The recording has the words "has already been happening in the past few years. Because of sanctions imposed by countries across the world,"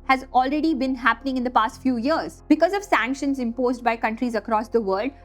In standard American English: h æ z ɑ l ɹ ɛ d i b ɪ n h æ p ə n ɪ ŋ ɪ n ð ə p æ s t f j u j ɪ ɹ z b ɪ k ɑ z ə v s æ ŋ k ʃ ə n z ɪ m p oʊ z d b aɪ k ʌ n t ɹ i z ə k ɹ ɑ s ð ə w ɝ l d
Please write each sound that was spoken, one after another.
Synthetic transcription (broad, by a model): h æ z ɑ l ɹ ɛ d i b ɪ n h æ p ə n ɪ ŋ ɪ n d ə p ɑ s t f j u j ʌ ɹ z b ɪ k ɑ z ə v s æ ŋ k ʃ ə n z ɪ m p oʊ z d b aɪ k ʌ n t ɹ i z ə k ɹ ɑ s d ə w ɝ l d